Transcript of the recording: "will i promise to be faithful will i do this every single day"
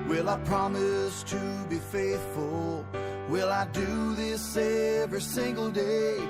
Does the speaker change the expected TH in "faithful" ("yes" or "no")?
no